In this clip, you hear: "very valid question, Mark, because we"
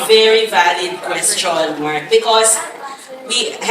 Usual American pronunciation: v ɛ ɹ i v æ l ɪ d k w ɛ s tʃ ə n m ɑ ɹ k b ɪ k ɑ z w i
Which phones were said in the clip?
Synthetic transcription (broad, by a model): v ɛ ɹ i v æ l ɪ d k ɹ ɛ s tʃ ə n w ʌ ɹ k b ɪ k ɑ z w i